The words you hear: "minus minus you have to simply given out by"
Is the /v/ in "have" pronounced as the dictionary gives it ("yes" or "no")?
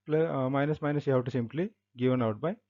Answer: no